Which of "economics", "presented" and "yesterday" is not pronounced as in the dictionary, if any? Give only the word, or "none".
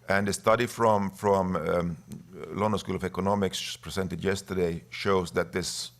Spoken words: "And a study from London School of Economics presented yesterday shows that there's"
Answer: presented